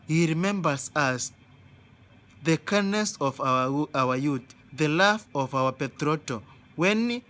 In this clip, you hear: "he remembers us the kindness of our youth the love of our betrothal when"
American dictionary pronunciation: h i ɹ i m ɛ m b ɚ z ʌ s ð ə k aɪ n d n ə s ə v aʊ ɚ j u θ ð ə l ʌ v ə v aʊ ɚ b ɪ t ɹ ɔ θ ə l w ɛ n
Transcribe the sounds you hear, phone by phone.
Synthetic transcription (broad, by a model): h i ɹ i m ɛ m b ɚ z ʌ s ð ə k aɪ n n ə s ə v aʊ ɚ j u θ ð ə l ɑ f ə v aʊ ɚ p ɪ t ɹ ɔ t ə w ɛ n